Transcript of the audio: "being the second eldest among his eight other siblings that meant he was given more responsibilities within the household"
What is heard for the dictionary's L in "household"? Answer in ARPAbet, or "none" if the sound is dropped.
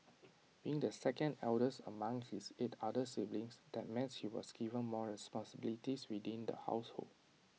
L